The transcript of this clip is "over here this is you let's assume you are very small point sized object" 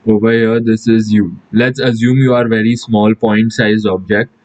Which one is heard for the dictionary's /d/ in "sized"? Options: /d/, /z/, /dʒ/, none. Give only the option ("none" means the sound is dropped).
none